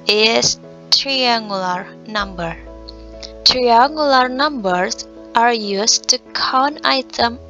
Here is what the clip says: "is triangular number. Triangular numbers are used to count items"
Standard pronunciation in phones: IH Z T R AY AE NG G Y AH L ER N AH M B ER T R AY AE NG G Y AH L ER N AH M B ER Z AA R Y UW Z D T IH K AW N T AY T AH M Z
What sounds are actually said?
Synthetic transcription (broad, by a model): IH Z T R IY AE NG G Y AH L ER N AH M B ER T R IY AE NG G Y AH L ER N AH M B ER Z AA R Y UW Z T IH K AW N AY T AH M